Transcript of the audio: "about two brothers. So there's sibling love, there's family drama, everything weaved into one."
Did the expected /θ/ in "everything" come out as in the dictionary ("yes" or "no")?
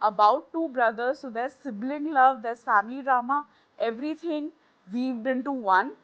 no